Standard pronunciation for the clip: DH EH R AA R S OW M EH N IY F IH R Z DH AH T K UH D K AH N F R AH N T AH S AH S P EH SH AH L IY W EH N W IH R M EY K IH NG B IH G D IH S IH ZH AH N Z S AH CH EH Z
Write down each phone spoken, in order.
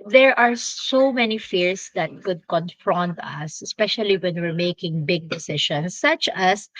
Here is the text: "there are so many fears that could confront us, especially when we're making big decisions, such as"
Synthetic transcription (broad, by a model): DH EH R AA R S OW M EH N IY F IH R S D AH T K UH D K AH N F R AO N T AH S AH S P EH SH AH L IY W EH N W IH R M EY K IH NG B IH G D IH S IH SH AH N S AH CH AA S